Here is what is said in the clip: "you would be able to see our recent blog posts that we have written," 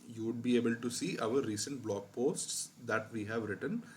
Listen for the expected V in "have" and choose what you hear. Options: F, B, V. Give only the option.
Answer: V